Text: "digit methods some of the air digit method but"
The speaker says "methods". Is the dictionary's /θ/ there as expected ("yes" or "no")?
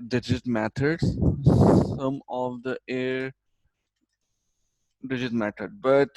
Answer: no